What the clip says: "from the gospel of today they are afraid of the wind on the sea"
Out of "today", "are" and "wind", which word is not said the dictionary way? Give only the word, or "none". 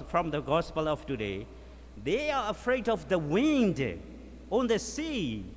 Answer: none